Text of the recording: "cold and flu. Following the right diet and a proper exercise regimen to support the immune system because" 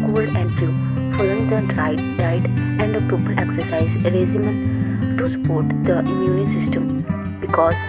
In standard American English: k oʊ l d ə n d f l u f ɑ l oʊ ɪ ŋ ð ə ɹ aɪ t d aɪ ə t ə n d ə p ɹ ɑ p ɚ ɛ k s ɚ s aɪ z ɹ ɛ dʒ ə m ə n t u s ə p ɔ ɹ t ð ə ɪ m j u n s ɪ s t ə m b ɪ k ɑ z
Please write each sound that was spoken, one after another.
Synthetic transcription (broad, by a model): k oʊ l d ə n d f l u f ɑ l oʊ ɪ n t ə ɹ aɪ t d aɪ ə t ə n d ə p i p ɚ ɛ k s ɚ s aɪ z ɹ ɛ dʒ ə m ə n t u s ə p ɔ ɹ t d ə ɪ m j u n s ɪ s t ə m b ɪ k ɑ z